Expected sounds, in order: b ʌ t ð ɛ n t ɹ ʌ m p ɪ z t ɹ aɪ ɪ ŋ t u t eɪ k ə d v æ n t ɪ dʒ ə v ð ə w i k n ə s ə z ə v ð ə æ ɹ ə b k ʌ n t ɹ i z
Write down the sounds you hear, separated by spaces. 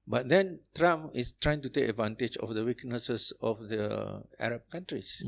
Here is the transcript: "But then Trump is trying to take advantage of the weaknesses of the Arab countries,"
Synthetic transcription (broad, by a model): b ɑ t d ɛ n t ɹ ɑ m ɪ s t ɹ aɪ ɪ ŋ t u t eɪ k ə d v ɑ n t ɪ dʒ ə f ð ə w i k n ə s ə s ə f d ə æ ɹ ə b k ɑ n t ɹ i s